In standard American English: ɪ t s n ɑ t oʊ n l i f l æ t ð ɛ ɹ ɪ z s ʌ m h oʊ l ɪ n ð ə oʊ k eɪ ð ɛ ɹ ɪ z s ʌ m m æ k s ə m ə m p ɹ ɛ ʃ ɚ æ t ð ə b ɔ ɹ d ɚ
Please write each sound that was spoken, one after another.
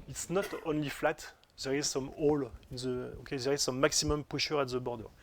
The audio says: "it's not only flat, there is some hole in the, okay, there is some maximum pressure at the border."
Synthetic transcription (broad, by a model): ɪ t s n ɑ t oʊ n l i f l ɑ t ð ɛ ɹ ɪ z s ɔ m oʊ l ɪ n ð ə oʊ k eɪ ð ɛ ɹ ɪ z s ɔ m m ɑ k s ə m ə m p ɛ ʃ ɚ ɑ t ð ə b ɔ ɹ d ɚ